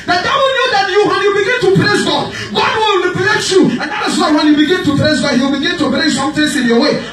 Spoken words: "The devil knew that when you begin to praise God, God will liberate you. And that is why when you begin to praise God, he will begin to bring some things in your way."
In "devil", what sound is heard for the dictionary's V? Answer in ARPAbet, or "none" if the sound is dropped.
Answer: W